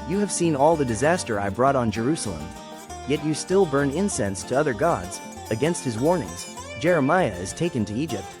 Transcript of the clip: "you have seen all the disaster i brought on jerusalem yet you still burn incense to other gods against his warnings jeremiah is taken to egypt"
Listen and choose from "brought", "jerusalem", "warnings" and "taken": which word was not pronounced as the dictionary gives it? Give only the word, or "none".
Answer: none